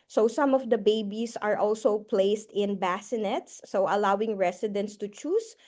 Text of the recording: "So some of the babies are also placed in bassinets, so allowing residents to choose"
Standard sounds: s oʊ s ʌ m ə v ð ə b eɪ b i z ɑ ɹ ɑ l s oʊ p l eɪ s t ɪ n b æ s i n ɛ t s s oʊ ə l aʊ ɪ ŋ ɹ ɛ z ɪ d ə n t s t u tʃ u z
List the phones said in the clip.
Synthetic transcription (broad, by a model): s oʊ s ʌ m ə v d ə b eɪ b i s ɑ ɹ ɑ l s oʊ p l eɪ s t ɪ n b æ s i n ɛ t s s oʊ ə l aʊ ɪ ŋ ɹ ɛ s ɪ d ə n t s t u tʃ u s